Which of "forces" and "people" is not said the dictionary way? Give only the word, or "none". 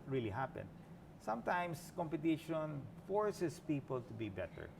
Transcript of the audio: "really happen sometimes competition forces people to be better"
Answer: forces